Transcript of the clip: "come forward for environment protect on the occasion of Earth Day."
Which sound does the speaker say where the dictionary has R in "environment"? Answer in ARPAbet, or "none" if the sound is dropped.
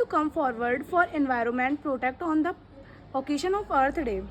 R